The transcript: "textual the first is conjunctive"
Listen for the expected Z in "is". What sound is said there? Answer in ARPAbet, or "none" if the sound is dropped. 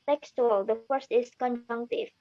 S